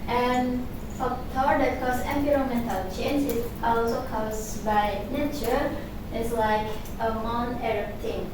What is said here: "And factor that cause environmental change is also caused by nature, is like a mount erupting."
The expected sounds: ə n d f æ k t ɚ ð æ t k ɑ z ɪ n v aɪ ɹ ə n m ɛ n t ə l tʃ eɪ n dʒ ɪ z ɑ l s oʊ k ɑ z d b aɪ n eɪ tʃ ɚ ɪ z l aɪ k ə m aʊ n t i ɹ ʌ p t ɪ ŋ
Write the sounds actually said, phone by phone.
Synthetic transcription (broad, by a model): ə n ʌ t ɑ t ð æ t k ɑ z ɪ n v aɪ ɹ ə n m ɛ n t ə l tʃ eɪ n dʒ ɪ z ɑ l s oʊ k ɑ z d b aɪ n eɪ tʃ ɚ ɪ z l aɪ k ə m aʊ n ɛ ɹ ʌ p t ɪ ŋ